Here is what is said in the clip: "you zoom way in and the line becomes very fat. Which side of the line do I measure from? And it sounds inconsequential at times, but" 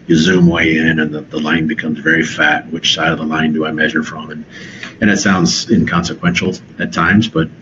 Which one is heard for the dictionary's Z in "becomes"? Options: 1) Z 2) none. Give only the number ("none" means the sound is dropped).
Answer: 1